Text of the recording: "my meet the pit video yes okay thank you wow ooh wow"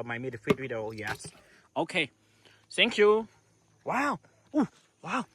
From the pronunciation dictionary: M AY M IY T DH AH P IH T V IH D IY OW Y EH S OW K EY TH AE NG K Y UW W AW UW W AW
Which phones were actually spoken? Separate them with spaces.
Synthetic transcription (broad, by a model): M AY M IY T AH F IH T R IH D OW Y EH S OW K EY TH AE NG K Y UW W AW UW W AW